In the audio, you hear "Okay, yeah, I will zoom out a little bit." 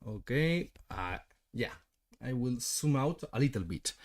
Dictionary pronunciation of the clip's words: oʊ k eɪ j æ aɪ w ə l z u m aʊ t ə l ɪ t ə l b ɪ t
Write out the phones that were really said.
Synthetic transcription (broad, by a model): oʊ k eɪ j æ aɪ w ə l s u m aʊ t ə l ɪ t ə l b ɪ t